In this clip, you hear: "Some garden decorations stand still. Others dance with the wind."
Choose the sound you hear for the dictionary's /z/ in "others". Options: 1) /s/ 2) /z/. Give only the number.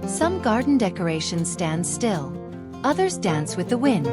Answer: 2